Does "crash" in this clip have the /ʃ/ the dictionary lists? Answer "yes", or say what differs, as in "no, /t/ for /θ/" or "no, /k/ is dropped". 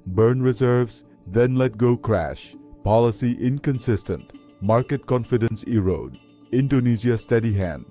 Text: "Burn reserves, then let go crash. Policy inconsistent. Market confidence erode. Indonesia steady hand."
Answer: yes